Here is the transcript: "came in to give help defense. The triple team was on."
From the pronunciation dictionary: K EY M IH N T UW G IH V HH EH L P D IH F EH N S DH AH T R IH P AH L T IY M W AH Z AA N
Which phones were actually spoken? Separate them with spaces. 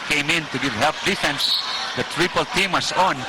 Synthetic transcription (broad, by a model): K EY M IH N T UW G IH V HH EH L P D IH F EH N S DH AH T R IH P AH L T IY M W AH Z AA N